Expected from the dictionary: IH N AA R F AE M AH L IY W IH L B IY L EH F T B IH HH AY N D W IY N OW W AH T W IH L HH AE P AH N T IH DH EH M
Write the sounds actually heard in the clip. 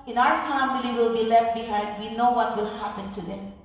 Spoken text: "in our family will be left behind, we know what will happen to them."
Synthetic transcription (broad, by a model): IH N AA R F AE M AH L IY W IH L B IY L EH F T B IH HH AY D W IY N OW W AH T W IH L HH AE P AH N T IH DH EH